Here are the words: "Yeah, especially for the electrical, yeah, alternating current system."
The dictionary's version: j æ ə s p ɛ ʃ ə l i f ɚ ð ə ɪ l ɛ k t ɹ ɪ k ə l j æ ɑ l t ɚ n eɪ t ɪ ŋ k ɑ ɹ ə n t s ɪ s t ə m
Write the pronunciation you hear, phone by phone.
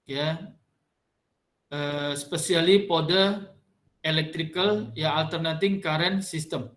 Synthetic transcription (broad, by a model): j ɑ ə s p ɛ s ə l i p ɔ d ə ɪ l ɛ k t ɹ ɪ k ə l j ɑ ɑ l t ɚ n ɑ t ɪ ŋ k ɑ ɹ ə n s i s t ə m